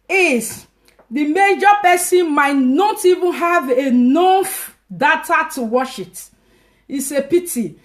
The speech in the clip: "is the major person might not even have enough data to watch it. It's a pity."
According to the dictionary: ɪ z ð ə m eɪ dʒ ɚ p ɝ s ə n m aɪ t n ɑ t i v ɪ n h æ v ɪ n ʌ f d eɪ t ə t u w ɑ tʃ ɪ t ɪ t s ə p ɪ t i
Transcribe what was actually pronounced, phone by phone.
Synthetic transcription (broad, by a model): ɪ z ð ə m eɪ dʒ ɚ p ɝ s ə n m aɪ t n ɑ t i v ɪ n h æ v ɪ n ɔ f d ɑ t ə t u w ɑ ʃ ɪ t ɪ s ə p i t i